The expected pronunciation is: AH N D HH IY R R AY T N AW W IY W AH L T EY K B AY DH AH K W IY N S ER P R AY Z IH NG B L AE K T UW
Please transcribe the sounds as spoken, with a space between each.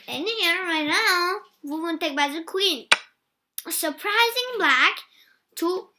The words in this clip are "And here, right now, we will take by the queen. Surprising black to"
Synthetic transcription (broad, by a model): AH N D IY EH R AY T N AW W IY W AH N T EY K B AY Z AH K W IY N S ER P R AY Z IH NG B L AE K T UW